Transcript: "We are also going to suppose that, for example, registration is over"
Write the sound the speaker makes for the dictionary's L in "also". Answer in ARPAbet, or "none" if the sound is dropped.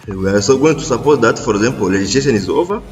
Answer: none